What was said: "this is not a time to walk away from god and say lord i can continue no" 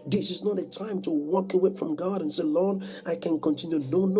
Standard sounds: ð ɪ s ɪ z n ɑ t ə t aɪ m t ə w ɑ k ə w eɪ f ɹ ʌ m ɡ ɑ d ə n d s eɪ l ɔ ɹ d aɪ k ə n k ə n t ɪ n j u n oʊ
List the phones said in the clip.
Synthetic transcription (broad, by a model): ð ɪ s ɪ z n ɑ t ə t aɪ m t ə w ɑ k ə w eɪ f ɹ ʌ m ɡ ɑ d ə n s eɪ l ɔ ɹ d aɪ k ə n k ə n t ɪ n j u n oʊ